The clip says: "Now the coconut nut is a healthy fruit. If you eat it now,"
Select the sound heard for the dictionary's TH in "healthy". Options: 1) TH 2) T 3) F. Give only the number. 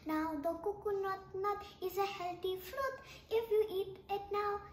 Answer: 2